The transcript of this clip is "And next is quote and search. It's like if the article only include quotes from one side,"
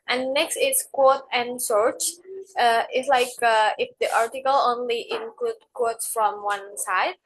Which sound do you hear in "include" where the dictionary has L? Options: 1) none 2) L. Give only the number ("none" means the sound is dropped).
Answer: 2